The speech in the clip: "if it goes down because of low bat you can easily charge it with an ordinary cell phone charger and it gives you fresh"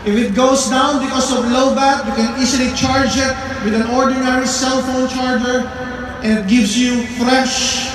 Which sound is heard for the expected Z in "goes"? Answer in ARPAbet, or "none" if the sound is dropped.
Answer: S